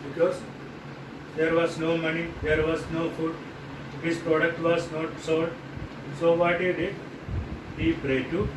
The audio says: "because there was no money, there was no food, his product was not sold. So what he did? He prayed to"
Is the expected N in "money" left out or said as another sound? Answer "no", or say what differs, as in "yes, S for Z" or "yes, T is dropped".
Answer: no